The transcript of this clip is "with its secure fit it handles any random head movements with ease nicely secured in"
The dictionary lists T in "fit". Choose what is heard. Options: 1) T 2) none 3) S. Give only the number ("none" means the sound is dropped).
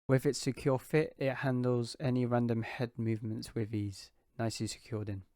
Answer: 1